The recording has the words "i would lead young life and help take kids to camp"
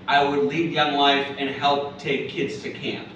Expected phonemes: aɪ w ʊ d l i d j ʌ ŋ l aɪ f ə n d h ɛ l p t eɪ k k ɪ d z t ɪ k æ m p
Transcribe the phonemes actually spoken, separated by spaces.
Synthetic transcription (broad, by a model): aɪ w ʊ d l i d j ʌ ŋ w aɪ f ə n h ɛ l p t eɪ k k ɪ d z t ɪ k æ m p